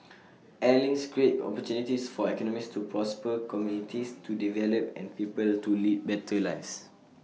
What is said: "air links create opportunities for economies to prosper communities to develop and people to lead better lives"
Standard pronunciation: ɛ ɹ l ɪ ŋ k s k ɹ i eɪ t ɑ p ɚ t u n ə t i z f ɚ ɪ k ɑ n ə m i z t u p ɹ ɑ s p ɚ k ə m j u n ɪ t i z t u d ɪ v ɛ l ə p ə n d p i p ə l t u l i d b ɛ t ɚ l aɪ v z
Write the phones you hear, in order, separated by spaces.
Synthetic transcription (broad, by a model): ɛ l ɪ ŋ s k ɹ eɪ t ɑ p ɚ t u n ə t i s f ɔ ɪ k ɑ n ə m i s t u p ɹ ɑ s p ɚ k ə m j u n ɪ t i s t u d ɪ v ɛ l ə p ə n p i p ə l t u l i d b ɛ t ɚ l aɪ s